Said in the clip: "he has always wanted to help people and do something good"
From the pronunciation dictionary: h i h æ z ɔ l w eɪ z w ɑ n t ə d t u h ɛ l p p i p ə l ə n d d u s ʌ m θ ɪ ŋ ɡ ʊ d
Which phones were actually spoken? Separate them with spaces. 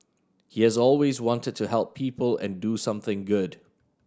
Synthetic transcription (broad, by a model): h i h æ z ɔ l w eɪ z w ɑ n t ə d t u h ɛ l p p i p ə l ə n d d u s ʌ m θ ɪ ŋ ɡ ʊ d